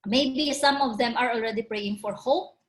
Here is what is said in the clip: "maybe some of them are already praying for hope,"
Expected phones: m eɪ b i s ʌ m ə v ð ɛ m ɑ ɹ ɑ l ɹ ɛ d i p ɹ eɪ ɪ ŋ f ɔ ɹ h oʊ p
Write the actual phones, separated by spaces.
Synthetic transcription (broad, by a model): m eɪ b i s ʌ m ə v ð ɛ m ɑ ɹ ɑ l ɹ ɛ d i p ɹ eɪ ɪ ŋ f ɔ ɹ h oʊ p